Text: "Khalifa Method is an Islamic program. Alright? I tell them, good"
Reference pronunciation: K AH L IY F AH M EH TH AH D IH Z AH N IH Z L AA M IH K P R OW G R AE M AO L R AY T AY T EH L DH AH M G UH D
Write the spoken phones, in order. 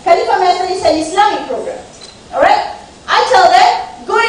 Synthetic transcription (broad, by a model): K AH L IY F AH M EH S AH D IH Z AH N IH S L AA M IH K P R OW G R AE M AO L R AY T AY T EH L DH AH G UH